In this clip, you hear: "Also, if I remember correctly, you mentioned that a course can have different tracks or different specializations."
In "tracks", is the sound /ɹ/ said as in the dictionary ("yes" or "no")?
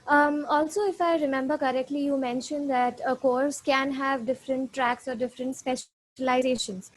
yes